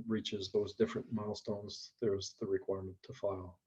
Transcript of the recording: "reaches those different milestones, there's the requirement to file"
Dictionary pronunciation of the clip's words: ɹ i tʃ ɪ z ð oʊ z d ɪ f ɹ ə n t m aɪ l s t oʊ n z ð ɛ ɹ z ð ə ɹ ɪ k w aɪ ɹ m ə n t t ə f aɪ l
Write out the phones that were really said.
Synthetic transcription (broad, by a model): ɹ i tʃ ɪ z ð oʊ z d ɪ f ɹ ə n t m aɪ l s t oʊ n z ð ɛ ɹ z ð ə ɹ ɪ k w aɪ ɹ m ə n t t ə f aɪ l